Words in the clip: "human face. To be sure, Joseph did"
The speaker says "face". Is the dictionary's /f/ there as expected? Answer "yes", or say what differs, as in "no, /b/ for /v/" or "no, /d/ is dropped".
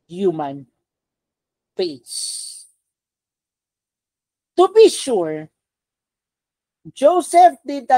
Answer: no, /p/ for /f/